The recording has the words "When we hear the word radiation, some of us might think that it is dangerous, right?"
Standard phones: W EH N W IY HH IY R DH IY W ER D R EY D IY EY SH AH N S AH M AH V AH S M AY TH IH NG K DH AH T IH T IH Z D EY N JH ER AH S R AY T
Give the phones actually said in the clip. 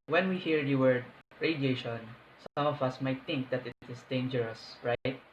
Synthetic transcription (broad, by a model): W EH N W IY HH IY R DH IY W ER D R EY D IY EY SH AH N S AH M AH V AH S M AY T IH NG K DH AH T IH T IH S D EY N JH ER AH S R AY T